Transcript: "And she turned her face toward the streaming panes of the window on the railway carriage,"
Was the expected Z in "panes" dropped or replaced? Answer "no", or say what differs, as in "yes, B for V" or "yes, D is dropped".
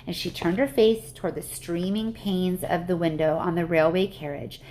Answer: no